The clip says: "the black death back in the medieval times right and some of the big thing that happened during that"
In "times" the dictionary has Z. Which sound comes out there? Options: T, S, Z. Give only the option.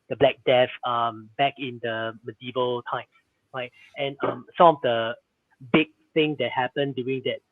S